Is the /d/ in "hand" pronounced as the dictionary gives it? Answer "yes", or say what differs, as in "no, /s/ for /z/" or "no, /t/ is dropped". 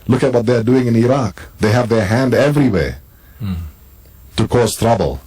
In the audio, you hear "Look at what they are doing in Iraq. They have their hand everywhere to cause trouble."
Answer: yes